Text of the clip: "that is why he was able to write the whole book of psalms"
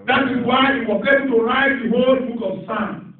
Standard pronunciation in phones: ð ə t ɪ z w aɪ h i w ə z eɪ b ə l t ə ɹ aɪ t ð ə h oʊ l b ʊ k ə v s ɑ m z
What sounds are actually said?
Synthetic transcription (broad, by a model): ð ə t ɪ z w aɪ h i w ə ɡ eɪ ə n t ə ɹ aɪ t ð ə h oʊ l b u k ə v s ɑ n